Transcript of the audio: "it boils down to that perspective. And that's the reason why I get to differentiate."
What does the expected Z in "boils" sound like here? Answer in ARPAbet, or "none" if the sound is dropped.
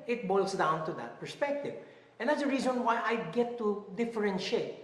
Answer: S